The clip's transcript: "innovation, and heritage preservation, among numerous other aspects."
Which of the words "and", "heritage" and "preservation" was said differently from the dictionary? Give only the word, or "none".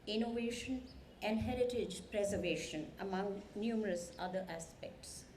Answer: none